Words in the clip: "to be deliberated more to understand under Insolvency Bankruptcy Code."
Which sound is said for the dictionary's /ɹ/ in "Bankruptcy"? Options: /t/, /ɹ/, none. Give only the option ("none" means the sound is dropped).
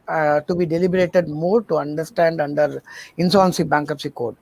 none